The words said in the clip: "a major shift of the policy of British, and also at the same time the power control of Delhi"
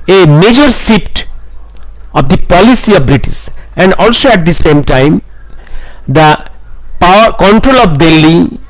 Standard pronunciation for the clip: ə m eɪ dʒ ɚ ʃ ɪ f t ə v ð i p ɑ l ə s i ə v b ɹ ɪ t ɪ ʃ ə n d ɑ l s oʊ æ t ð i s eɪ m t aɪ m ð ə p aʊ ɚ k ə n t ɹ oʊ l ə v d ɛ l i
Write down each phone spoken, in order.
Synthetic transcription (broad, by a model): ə m eɪ dʒ ɚ s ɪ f t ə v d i p ɑ l ə s i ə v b ɹ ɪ t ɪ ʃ ə n d ɑ l s oʊ æ t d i s eɪ m t aɪ m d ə p aʊ ɚ k ə n t ɹ oʊ l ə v d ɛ l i